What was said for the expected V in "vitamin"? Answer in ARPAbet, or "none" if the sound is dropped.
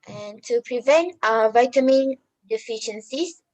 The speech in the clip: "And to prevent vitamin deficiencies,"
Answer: V